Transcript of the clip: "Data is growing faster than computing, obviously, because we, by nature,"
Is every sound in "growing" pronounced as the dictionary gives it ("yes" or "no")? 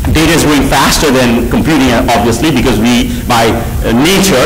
no